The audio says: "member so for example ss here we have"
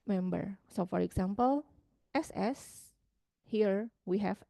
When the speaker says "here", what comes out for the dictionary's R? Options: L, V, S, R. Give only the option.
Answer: R